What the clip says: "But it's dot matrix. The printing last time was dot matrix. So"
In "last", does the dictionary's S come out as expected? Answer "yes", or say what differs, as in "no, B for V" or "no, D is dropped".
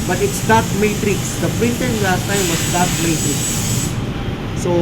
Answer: no, S is dropped